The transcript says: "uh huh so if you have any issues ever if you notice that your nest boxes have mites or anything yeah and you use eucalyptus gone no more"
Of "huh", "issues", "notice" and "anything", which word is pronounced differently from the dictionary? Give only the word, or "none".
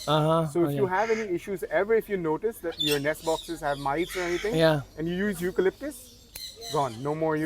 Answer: anything